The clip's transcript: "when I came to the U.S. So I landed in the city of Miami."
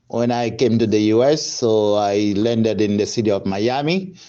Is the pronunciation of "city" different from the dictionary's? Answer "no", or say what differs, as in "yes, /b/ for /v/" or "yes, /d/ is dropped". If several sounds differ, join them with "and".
no